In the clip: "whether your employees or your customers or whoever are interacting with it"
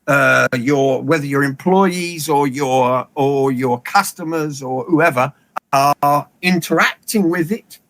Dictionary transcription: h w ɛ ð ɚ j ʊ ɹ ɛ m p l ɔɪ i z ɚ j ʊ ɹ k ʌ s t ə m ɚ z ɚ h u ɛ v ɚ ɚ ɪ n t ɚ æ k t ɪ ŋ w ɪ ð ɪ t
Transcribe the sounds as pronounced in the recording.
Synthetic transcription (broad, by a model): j w ɛ ð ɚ j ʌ ɹ ɛ m p l ɔɪ i z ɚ j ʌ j k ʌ s t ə m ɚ z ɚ h u ɛ v ɚ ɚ ɪ n t ɚ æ k t ɪ ŋ w ɪ ð ɪ t